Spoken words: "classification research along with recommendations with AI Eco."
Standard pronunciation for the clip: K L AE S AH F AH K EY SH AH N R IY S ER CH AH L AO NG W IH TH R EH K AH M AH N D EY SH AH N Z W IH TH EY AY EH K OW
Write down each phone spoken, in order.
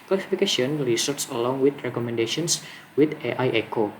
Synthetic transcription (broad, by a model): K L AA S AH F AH K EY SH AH N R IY S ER S AH L AO NG W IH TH R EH K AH M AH N D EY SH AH N S W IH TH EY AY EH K OW